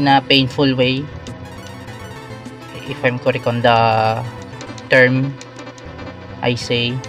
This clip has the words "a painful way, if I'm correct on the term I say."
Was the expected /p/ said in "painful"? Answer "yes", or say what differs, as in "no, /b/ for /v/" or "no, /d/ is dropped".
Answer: yes